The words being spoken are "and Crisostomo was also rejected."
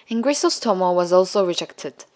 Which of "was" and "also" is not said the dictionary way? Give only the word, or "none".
none